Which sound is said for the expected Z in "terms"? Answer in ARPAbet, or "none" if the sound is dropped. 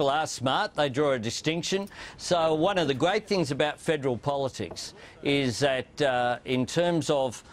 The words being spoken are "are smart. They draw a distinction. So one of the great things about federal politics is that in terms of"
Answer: Z